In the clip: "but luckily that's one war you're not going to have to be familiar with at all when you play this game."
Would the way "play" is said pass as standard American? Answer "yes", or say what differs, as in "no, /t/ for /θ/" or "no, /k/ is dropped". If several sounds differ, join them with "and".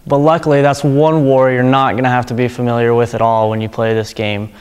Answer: yes